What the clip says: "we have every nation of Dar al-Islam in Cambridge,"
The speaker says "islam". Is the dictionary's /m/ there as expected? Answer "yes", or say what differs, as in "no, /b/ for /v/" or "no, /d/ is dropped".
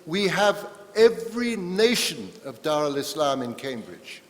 yes